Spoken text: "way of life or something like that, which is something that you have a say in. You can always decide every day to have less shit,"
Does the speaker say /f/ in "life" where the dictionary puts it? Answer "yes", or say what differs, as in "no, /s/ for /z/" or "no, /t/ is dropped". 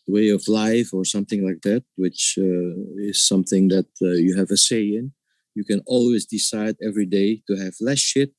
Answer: yes